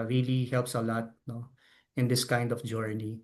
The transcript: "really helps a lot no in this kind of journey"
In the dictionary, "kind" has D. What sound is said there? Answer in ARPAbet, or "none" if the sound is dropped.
D